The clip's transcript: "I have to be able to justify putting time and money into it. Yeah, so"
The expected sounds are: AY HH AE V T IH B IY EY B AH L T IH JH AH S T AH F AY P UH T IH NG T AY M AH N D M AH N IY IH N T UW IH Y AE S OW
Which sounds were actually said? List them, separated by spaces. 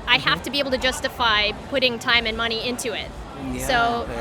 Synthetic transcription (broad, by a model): AY HH AE F T IH B IY EY B L T IH JH AH S T AH F AY P UH T IH NG T AY M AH N M AH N IY IH N T UW IH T S OW